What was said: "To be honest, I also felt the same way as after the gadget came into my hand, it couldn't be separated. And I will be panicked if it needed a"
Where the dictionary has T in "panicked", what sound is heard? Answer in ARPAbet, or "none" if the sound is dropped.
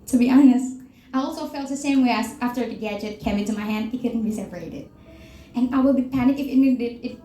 none